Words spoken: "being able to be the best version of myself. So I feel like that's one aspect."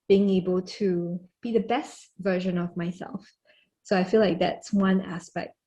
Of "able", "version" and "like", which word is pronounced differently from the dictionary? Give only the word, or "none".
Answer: none